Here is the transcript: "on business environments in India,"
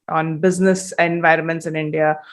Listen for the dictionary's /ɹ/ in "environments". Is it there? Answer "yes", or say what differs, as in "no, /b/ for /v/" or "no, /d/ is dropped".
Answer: yes